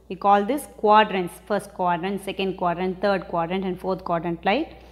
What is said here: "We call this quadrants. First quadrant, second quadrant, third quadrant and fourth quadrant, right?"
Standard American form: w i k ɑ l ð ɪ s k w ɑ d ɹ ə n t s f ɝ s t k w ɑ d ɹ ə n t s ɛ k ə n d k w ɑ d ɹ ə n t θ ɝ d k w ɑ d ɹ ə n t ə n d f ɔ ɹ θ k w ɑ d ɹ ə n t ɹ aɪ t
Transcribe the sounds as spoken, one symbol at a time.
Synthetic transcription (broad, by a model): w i k ɑ l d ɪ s k w ɑ d ɹ ə n t s f ɝ s t k w ɑ d ɹ ə n t s ɛ k ə n d k w ɑ d ɹ ə n t t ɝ d k w ɑ d ɹ ə n t ə n d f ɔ ɹ t k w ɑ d ɹ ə n t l aɪ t